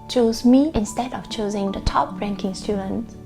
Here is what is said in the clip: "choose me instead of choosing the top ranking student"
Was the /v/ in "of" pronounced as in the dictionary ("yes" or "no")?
no